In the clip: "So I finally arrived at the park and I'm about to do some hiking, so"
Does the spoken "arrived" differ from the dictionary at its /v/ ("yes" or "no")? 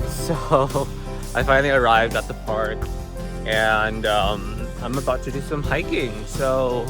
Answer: no